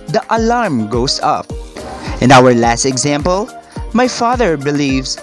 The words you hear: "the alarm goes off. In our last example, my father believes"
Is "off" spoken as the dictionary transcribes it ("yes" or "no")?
no